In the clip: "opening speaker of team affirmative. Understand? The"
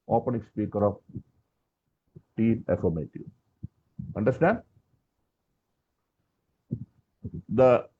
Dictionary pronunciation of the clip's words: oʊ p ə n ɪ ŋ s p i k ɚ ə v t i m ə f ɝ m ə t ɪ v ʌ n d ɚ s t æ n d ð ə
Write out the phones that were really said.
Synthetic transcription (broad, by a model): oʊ p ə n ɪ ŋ s p i k ɚ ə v t i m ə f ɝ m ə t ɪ ʌ n d ɚ s t æ n d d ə